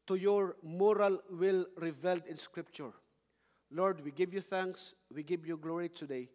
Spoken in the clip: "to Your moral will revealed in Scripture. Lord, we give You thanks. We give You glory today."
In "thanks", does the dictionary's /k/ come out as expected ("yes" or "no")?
yes